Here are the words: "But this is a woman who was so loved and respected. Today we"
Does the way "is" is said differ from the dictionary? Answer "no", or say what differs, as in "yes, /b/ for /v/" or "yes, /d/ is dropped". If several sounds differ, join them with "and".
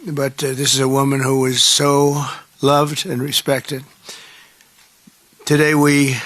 no